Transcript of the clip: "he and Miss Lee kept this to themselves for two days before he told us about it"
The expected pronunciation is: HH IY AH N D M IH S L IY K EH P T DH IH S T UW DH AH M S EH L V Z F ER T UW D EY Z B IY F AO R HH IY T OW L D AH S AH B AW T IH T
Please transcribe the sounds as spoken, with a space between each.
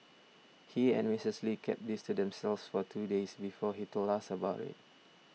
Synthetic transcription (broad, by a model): HH IY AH N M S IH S L IY K EH P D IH S T UW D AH M S EH L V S F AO T UW D EY S B IY F AO HH IY T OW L AA S AH B AW T IH T